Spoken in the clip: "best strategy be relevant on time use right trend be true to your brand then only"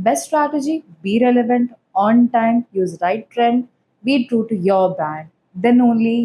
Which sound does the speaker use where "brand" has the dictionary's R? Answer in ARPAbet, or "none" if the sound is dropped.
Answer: none